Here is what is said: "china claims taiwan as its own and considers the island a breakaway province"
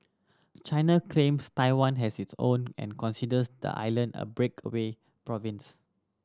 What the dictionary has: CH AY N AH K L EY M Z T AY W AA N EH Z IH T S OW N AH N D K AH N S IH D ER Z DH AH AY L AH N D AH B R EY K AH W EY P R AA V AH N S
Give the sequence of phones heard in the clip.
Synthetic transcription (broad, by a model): CH AY N AH K L EY M S T AY W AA N EH S IH T S OW N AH N K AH N S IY D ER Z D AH AY L AH N D AH B R EY K AH W EY P R AA V AH N S